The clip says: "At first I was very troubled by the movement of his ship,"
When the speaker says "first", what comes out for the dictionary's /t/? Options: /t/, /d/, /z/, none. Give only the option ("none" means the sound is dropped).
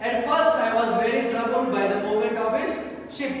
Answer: /t/